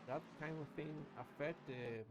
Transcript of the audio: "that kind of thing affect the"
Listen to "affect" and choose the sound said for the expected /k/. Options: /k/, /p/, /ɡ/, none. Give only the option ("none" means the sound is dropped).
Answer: none